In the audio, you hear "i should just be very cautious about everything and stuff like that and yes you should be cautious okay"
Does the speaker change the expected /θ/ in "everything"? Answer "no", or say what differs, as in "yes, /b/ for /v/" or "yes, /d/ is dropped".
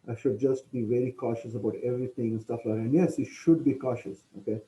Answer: yes, /t/ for /θ/